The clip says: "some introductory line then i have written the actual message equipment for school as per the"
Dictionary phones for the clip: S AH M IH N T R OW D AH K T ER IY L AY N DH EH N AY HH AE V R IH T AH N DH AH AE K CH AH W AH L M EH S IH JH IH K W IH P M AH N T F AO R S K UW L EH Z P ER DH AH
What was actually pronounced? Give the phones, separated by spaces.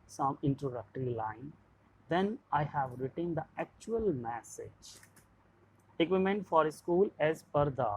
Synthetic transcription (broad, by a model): S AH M IH N T R OW D AH K T ER IY L AY N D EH N AY HH AE V R IH T AH N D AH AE K CH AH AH L M EH S IH JH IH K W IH M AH N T F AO R S K UW L EH Z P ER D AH